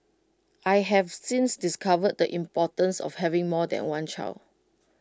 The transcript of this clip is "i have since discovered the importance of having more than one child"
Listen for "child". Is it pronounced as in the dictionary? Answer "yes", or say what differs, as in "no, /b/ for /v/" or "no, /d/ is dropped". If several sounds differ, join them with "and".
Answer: no, /d/ is dropped